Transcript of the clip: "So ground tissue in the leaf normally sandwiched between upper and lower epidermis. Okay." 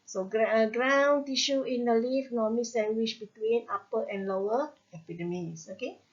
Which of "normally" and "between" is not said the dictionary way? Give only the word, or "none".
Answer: normally